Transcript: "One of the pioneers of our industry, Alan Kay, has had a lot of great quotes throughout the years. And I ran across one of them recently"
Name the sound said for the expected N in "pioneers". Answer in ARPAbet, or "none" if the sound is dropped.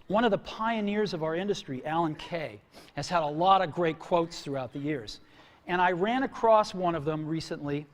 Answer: N